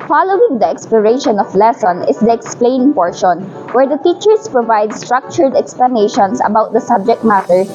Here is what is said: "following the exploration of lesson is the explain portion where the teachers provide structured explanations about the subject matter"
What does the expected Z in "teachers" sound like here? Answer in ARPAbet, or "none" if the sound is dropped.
S